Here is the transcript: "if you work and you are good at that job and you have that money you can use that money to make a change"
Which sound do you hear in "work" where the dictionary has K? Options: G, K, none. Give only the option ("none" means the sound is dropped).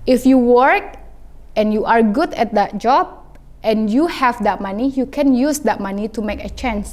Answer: K